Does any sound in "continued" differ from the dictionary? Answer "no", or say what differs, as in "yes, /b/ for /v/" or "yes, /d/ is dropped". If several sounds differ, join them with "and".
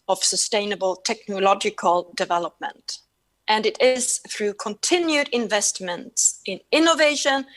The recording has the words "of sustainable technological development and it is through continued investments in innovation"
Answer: no